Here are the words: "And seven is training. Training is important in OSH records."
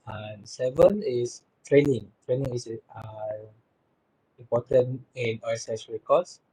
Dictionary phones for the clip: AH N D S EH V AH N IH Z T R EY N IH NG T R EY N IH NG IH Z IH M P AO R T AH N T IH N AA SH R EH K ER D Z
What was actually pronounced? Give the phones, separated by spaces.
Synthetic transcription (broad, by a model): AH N S EH V AH N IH S T R EY N IH NG T R EY N IH NG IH S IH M P AO T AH N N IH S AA S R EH K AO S